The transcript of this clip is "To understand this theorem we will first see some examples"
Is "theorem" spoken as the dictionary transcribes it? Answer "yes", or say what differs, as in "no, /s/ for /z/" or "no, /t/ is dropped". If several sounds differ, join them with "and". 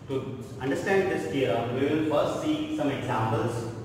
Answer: no, /ɹ/ is dropped